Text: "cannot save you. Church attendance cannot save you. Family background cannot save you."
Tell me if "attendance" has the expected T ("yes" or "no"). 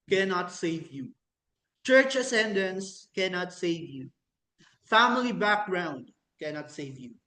no